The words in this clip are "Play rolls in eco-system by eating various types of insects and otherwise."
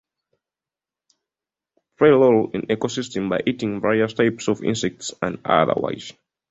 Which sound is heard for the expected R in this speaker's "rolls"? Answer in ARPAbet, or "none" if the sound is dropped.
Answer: L